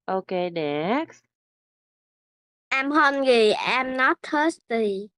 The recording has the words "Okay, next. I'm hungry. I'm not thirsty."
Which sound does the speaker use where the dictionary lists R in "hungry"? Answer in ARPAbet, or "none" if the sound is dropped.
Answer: none